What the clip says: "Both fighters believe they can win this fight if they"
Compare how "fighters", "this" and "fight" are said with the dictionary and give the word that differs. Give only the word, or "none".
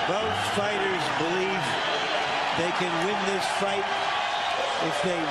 none